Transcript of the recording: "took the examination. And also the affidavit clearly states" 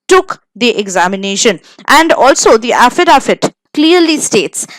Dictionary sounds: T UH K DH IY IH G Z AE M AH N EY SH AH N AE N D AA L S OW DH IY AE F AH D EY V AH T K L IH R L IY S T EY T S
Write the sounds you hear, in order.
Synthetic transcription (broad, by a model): T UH K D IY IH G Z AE M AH N EY SH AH N AE N D AA L S OW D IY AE F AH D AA F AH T K L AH R L IY S T EY T S